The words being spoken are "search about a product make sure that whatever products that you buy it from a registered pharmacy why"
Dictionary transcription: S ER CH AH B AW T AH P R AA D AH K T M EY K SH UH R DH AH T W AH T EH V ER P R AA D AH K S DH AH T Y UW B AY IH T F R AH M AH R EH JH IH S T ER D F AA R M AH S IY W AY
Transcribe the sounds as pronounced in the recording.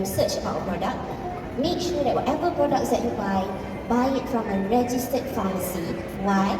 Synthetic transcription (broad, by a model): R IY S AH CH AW AH P R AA D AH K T M EY K SH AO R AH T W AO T EH V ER P R AA D AH K S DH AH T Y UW B AY IH T F R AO M AH R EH JH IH S T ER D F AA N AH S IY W AY